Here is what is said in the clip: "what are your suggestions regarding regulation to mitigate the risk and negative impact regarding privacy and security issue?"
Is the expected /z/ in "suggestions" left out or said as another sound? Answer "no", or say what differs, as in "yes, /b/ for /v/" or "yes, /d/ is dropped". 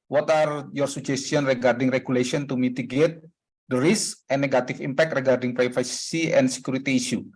yes, /z/ is dropped